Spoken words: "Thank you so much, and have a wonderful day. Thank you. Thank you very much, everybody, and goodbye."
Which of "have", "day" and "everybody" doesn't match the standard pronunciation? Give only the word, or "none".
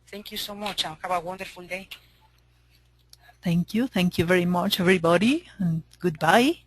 have